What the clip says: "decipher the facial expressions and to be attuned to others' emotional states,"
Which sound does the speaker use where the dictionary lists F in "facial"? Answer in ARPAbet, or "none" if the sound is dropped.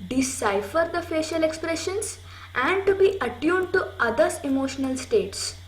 F